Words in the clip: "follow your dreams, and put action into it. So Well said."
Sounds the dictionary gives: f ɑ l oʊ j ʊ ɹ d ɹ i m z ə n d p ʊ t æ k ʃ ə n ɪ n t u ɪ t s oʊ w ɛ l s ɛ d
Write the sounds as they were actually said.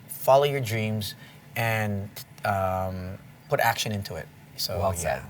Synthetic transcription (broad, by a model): f ɑ l oʊ j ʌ ɹ d ɹ i m z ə n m p ʊ t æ k ʃ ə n ɪ n t u ɪ t s oʊ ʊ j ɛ